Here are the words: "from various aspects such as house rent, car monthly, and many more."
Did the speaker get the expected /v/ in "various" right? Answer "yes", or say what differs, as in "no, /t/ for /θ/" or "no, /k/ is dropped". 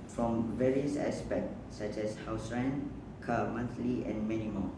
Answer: yes